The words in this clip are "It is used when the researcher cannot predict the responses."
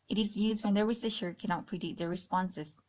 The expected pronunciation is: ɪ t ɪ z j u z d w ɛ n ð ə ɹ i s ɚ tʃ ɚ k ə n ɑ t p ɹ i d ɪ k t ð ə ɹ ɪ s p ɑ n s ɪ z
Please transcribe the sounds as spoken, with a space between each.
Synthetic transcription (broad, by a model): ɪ t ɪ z j u z d w ɛ n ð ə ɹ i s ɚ ʃ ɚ k ə n ɑ t p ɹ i d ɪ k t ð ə ɹ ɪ s p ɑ n s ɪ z